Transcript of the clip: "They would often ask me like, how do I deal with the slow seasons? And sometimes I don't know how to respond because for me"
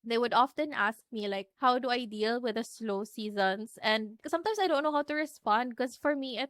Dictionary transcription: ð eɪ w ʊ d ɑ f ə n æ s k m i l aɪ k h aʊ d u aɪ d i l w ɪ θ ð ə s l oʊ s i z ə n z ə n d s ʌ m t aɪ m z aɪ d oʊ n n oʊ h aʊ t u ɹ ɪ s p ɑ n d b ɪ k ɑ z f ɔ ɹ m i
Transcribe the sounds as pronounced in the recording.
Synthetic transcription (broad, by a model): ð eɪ w ʊ d ɑ f ə n æ s k m i l aɪ k h aʊ d u aɪ d i l w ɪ ð ə s l oʊ s i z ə n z ə n d s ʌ m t aɪ m s aɪ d oʊ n n oʊ h aʊ t u ɹ ɪ s p ɑ n d k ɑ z f ɔ ɹ m i